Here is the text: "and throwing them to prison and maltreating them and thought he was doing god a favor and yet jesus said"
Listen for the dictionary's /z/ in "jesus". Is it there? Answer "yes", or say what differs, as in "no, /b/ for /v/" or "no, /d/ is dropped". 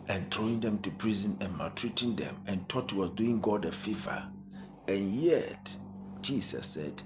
no, /s/ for /z/